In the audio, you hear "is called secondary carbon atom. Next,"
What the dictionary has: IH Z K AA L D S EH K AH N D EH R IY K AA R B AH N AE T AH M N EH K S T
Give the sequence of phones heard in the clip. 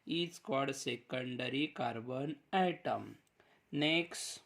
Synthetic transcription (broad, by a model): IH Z K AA D S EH K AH N D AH R IY K AA R B AH N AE T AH M N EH K S T